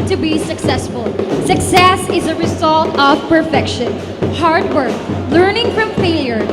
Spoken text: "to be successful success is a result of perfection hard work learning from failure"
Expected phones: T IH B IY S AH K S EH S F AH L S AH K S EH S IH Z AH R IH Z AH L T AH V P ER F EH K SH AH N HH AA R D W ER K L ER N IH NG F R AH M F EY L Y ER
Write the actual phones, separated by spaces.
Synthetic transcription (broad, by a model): T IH B IY S AH K S EH S F AH L S AH K S EH S IH Z AH R IH Z AH L T AH V P ER F EH K SH AH N HH AA R D W ER K L ER N IH NG F R AH M F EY L Y ER